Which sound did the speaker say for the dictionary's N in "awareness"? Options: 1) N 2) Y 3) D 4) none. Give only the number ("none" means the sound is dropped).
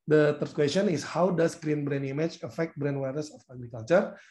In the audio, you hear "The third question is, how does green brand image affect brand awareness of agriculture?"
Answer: 4